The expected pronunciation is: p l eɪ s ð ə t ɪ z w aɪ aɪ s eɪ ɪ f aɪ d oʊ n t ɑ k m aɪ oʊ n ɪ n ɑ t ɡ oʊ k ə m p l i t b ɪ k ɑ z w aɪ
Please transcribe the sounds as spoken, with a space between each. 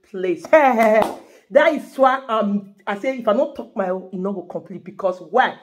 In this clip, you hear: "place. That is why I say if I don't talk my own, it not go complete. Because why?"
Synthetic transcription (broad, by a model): p l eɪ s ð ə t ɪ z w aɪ aɪ s eɪ ɪ f aɪ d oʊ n t ɑ k m aɪ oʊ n ɪ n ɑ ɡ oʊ k ə m p l i t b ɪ k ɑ s w aɪ